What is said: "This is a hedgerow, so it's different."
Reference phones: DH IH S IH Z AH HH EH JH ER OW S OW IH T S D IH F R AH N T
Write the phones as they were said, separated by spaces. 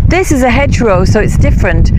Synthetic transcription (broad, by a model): DH IH S IH Z AH HH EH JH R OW S OW IH T S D IH F R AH N T